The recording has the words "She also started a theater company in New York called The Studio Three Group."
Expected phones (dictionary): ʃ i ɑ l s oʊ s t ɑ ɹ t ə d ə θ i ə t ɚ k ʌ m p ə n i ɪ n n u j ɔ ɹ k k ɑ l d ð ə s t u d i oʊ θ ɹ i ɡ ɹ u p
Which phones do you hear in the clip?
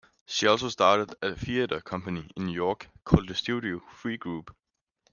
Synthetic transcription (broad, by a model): ʃ i ɑ l s oʊ s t ɑ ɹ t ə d ə f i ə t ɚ k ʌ m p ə n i ɪ n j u j ɔ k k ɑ l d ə s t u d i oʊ f ɹ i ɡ ɹ u b